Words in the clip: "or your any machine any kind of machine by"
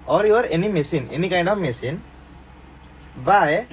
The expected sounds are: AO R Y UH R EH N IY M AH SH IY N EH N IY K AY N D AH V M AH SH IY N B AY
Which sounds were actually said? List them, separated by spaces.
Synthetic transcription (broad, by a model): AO R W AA R EH N IY M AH S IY N EH N IY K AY D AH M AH S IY N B AY